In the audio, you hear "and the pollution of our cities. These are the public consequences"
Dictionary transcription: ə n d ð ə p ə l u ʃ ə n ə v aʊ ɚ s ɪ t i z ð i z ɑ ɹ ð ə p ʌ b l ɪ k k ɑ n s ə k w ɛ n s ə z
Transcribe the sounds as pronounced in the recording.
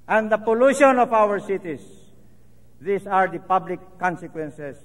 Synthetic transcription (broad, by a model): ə n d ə p ə l u ʃ ə n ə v aʊ ɚ s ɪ t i s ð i s ɑ ɹ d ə p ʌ b l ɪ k k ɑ n s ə k w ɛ n s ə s